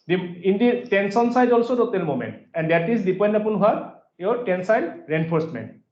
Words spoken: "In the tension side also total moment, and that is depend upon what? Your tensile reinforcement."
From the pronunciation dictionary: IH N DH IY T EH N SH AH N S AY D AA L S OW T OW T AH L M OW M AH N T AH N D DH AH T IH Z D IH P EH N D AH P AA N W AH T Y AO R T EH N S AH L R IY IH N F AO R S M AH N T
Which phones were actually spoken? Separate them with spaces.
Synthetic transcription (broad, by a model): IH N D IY T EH N S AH N S AY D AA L S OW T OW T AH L M OW M AH N T AH N D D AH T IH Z D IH P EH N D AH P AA N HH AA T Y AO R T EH N S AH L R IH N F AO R S M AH N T